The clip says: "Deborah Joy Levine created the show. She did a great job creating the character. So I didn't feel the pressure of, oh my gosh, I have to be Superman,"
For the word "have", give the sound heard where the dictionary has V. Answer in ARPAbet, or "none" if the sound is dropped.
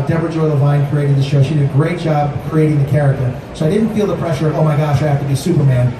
F